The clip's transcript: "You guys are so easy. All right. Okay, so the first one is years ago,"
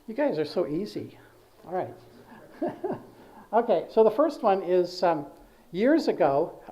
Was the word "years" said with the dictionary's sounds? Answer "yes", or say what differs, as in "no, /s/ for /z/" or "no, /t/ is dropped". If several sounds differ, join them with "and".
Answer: yes